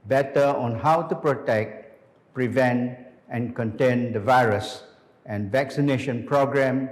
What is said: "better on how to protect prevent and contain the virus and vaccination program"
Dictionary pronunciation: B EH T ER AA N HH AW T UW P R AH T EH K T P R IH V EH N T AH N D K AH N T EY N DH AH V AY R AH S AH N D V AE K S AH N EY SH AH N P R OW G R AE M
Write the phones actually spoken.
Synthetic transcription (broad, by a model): B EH T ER AA N HH AW T UW P R AH T EH K T P R IH V EH N T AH N K AH N T EY N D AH V AY R AH S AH N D V AE K S AH N EY SH AH N P R OW G R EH M